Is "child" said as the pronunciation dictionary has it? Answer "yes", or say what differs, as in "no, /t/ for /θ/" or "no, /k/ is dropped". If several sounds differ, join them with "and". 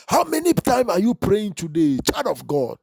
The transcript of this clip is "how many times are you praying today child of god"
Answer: no, /l/ is dropped